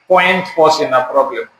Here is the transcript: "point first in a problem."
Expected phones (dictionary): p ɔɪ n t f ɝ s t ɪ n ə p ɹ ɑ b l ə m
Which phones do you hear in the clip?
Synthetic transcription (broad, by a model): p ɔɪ n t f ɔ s ɪ n ə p ɹ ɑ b l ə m